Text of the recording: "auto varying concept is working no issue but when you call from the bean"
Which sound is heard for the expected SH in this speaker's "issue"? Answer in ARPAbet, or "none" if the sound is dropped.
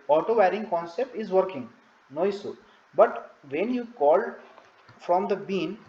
S